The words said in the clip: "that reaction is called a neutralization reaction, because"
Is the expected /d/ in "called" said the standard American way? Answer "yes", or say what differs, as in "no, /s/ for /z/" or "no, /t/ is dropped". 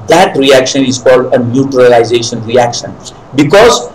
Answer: yes